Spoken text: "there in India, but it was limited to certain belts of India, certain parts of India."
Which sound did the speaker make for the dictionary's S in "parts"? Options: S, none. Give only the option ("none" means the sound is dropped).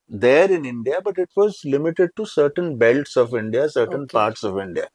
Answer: S